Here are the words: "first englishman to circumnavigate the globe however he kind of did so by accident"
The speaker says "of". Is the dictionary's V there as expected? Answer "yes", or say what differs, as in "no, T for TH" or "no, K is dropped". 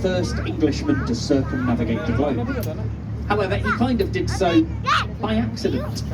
yes